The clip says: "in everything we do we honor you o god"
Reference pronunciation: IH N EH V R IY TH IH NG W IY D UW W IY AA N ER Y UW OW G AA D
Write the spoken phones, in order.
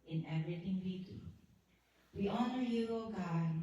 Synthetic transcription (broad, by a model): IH N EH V R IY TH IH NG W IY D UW W IY AA N ER Y UW OW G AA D